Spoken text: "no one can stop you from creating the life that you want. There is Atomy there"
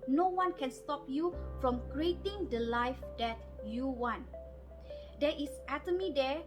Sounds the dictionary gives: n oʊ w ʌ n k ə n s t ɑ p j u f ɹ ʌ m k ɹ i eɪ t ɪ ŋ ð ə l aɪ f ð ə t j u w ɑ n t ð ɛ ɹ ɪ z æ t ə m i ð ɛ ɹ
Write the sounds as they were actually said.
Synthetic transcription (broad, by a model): n oʊ w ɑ n k ə n s t ɑ p j u f ɹ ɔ m k ɹ i eɪ t ɪ ŋ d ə l aɪ f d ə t j u w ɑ n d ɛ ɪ s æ t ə m i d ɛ